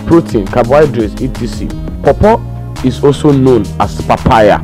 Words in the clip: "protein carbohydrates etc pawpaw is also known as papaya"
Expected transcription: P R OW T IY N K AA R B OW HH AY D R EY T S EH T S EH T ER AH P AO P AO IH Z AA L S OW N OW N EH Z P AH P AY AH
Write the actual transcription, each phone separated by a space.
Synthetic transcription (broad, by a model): P R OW T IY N K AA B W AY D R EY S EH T IY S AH P AO P AO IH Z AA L S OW N OW N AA S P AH P AY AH